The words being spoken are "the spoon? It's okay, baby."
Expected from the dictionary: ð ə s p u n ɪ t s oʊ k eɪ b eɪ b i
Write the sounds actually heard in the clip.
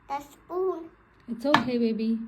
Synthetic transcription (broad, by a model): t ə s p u l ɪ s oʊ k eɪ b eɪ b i